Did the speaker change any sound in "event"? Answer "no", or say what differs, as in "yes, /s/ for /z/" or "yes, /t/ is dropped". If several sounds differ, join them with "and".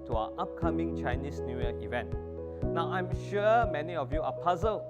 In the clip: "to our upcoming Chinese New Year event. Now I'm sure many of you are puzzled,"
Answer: no